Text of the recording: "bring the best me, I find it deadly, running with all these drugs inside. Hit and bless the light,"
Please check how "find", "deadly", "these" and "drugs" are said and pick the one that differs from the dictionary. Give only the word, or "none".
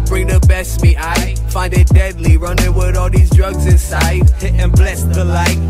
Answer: none